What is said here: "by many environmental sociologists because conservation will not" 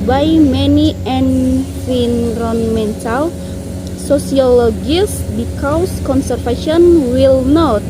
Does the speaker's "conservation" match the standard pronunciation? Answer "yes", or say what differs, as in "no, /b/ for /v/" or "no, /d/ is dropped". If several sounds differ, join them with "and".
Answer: no, /f/ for /v/